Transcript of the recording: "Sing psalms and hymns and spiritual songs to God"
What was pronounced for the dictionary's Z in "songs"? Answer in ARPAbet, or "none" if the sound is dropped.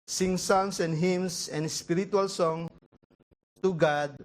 none